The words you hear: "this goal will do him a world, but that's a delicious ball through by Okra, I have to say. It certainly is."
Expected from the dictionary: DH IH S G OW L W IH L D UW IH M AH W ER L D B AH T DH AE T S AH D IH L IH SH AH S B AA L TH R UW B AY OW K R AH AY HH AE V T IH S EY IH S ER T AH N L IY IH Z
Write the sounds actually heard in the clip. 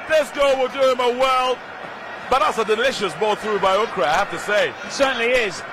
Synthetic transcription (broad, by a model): DH IH S G OW L W IH L D UW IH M AH W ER L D B AH T DH AE T S AH D IH L IH SH AH S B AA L TH R UW B AY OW K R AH AY HH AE F T IH S EY IH S ER T N L IY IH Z